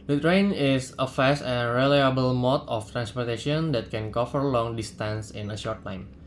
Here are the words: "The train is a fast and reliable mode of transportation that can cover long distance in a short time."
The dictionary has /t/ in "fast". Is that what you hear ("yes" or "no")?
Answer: no